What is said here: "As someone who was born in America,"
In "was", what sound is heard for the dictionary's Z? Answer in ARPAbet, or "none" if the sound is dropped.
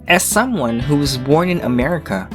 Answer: Z